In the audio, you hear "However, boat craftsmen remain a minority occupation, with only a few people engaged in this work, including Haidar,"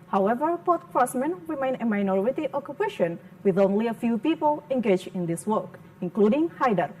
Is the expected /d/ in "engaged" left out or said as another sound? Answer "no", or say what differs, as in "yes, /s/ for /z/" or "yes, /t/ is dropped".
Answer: yes, /d/ is dropped